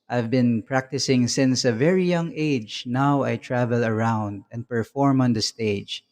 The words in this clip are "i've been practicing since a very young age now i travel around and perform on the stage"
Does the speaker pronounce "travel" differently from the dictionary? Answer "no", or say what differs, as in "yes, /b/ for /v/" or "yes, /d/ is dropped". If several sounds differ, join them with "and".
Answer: no